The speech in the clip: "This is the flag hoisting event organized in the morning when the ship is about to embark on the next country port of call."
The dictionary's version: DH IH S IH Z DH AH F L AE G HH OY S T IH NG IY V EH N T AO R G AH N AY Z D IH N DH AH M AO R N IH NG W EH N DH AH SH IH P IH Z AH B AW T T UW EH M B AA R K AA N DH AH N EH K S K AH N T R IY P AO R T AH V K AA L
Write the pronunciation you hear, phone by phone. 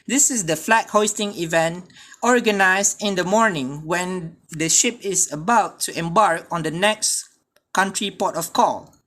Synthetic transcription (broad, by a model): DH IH S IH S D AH F L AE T HH OY S T IH NG IY V EH N T AO R G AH N AY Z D IH N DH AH M AO R N IH NG W EH N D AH SH IH P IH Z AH B AW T T UW EH M B AA R K AA N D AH N EH K S K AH N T R IY P AO T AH F K AA L